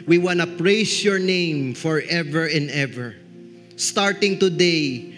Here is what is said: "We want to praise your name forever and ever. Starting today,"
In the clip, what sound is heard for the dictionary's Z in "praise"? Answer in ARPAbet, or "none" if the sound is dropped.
S